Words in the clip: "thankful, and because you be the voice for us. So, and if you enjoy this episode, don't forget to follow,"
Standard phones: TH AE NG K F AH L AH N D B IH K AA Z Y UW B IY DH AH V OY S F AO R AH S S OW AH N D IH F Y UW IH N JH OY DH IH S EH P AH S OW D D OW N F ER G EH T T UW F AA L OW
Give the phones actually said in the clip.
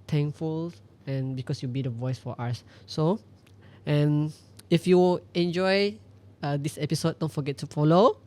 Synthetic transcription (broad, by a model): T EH NG K F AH L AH N B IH K AA S Y UW B IY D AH V OY S F AO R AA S S OW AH N IH F Y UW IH N JH OY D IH S EH P AH S OW D D OW N F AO G EH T T UW F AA L OW